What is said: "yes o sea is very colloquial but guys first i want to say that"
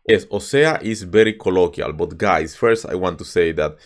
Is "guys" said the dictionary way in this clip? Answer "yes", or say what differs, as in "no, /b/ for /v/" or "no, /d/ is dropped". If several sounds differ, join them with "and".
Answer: no, /s/ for /z/